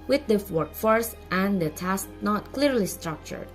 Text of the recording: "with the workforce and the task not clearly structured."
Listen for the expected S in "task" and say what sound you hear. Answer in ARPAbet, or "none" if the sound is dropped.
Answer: S